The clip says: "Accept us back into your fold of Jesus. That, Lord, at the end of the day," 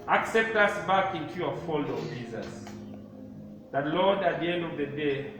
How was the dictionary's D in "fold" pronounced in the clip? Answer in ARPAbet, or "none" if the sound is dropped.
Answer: none